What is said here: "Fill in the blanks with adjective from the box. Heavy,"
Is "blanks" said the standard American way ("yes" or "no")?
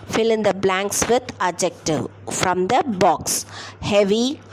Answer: yes